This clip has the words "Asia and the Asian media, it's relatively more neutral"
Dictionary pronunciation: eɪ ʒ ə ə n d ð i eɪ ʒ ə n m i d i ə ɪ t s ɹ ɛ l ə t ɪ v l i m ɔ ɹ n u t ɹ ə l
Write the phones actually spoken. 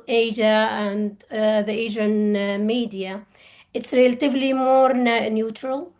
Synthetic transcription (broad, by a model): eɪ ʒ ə ə n d ð i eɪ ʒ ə n m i d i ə ɪ t s ɹ ɛ l ə t ɪ v l i m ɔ ɹ n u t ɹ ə l